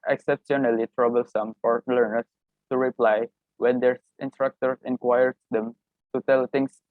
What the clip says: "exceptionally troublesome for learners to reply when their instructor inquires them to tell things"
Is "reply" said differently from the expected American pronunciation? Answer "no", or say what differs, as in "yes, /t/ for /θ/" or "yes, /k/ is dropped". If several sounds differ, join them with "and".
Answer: no